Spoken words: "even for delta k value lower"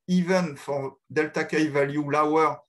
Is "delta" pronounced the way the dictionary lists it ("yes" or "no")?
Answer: yes